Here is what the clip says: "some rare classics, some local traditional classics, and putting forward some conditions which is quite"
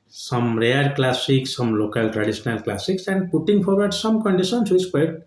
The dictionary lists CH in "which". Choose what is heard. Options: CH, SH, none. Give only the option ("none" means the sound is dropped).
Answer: none